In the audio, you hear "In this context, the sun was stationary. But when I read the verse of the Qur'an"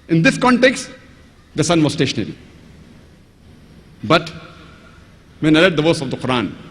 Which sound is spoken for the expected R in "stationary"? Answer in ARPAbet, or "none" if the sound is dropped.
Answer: R